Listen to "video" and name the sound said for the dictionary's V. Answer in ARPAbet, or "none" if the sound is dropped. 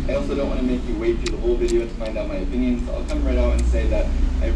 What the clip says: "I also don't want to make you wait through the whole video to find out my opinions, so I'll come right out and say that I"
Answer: V